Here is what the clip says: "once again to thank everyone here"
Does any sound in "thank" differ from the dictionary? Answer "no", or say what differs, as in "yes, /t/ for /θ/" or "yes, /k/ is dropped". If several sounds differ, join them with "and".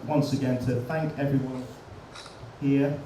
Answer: no